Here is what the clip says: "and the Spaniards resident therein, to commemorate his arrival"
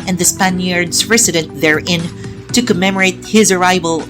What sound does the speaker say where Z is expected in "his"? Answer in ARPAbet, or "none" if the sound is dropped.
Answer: Z